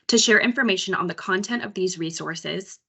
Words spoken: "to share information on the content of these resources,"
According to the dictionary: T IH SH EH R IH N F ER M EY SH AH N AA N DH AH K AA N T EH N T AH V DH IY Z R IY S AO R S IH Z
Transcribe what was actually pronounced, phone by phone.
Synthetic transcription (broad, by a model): T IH SH EH R IH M F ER M EY SH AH N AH N DH AH K AA N T EH N T AH V DH IY Z R IY S AO R S IH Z